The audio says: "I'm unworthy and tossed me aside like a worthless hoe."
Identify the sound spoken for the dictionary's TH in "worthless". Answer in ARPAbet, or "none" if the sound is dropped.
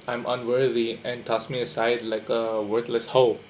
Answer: T